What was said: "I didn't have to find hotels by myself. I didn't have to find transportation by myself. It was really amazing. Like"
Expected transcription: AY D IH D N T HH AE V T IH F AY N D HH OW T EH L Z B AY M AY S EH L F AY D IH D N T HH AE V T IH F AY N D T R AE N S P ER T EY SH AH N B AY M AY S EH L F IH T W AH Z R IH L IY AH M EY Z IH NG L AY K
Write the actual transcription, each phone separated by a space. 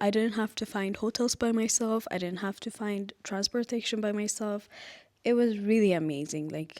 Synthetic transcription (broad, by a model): AY D IH D N T HH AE F T IH F AY N D HH OW T EH L Z B AY M AY S EH L F AY D IH D N T HH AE F T IH F AY N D T R AE N S P ER T EY SH AH N B AY M AY S EH L F IH T W AH Z R IH L IY AH M EY Z IH NG L AY K